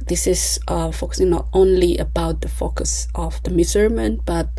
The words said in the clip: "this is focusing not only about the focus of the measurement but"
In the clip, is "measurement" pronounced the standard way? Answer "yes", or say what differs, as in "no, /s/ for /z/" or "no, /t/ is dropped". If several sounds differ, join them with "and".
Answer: no, /z/ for /ʒ/